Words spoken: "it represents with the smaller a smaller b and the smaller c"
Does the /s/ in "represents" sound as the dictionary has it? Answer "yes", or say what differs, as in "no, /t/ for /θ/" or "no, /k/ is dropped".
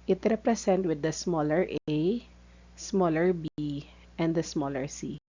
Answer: no, /s/ is dropped